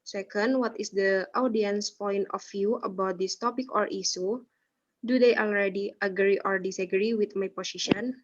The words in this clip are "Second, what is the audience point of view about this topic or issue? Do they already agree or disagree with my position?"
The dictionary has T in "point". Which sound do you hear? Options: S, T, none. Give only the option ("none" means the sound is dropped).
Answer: T